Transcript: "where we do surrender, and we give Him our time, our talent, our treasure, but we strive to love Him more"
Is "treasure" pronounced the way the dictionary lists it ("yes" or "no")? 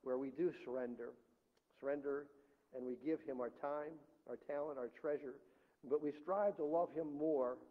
yes